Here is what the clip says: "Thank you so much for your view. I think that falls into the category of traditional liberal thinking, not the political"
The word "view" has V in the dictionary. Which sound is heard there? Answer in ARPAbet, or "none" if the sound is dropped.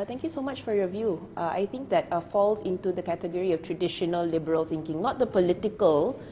V